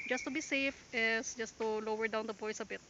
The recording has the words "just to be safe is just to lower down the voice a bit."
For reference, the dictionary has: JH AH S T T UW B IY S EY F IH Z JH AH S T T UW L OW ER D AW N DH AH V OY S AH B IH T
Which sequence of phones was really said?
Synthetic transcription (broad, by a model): JH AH S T T UW B IY S EY F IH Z JH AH S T T UW L OW ER D AW N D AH P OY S AH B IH T